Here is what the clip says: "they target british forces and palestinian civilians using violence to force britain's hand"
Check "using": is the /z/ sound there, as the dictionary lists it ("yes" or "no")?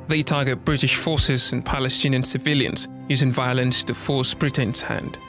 yes